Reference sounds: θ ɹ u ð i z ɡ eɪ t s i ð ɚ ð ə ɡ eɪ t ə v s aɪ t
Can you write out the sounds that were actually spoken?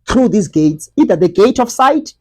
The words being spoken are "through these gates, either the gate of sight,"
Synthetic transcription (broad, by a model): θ ɹ u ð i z ɡ eɪ t s i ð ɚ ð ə ɡ eɪ t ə f s aɪ t